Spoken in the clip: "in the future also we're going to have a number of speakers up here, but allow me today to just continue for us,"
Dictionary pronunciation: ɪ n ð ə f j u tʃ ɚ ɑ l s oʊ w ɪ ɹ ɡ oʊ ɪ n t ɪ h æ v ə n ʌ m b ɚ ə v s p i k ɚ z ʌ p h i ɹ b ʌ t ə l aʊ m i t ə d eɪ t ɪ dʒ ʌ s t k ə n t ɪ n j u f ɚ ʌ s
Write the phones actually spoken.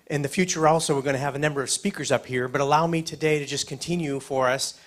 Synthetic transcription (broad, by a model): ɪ n ð ə f j u tʃ ɚ ɑ l s oʊ w ɪ ɹ ɡ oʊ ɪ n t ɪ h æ v ə n ʌ m b ɚ ə v s p i k ɚ z ʌ p h i ɹ b ʌ t ə l aʊ m i t ə d eɪ t ɪ dʒ ʌ s k ə n t ɪ n j u f ɚ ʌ s